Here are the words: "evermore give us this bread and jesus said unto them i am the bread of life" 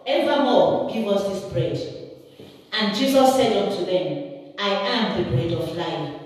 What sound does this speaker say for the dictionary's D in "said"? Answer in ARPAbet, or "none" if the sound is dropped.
D